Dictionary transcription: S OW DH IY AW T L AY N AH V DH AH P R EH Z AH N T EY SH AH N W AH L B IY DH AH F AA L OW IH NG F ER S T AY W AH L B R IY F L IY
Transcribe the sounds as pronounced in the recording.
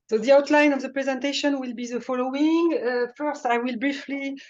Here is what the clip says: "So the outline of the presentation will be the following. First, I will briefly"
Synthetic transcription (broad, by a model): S OW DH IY AW T L AY N AH V DH AH P R EH Z AH N T EY SH AH N W AH L B IY DH AH F AA L OW IH NG F ER S T AY W AH L B R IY F L IY